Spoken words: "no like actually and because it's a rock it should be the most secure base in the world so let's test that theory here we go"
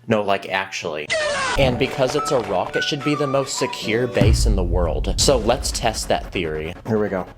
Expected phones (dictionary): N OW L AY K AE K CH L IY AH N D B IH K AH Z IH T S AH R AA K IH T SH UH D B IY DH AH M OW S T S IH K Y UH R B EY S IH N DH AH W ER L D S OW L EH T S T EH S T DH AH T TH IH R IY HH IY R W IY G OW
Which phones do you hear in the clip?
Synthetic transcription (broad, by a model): N OW L AY K AE K CH L IY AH N B IH K AH Z IH T S AH R AA K IH T SH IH D B IY DH AH M OW S T S IH K Y UH R B EY S IH N DH AH W ER L D S OW L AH T S T EH S T DH AH T TH IH R IY HH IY R W IY G OW